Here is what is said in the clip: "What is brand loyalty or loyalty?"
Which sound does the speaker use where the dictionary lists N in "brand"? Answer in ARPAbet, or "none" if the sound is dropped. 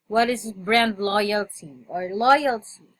N